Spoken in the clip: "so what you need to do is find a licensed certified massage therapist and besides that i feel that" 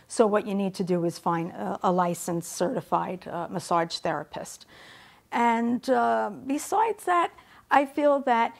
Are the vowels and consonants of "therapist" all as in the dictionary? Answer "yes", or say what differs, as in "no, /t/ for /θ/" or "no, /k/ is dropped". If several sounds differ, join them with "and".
yes